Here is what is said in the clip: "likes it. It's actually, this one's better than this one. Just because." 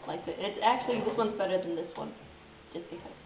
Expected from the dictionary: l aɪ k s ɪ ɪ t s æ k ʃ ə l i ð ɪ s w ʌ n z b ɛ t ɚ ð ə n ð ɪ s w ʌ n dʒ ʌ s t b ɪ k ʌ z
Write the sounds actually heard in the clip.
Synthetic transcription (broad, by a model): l aɪ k ɪ ɪ t s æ k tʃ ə l i ð ɪ s w ʌ n z b ɛ t ɚ ð ə n ð ɪ s w ʌ n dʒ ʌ s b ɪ k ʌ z